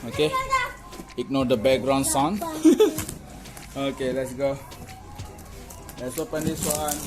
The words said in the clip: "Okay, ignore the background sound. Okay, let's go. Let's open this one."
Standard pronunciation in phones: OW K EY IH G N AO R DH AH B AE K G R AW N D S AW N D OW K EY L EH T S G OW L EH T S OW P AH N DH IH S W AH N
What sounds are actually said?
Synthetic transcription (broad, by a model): OW K EY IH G N AO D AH B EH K G R AW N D S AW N OW K EY L EH T S G OW L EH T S OW P AH N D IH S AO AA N